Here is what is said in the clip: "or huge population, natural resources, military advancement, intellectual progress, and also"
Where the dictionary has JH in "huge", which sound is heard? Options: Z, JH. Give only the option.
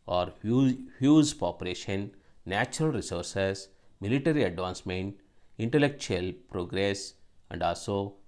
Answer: Z